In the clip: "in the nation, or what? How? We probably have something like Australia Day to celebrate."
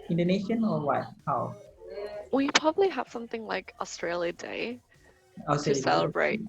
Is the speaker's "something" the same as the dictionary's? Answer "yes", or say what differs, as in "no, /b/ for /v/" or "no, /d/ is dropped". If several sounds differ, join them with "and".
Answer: yes